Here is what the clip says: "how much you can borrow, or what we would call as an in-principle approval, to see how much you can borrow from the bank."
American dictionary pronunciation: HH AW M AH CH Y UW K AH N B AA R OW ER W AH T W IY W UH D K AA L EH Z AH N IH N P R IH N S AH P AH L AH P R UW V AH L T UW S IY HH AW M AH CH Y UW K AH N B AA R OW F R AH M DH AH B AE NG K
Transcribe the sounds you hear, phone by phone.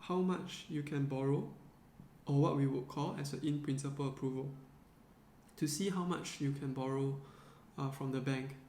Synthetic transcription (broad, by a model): HH AW M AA CH Y UW K AH N B AA R OW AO W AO T W IY W UH D K AA L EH S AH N IH N P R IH N S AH P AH L AH P R UW V AH L T UW S IY HH AW M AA CH Y UW K AH N B AA R OW F R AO M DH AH B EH NG K